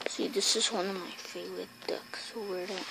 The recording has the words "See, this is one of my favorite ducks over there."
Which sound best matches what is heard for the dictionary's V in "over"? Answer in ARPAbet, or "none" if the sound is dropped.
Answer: W